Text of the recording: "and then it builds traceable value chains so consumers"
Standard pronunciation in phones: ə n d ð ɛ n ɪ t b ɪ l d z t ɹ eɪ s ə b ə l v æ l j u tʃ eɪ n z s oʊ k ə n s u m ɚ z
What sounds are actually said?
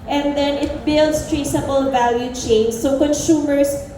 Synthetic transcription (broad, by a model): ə n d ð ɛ n ɪ t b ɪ l d s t ɹ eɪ s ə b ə l v æ l j u tʃ eɪ n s oʊ k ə n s u m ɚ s